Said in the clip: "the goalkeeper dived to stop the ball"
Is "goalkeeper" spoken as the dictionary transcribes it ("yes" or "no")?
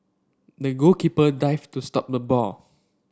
no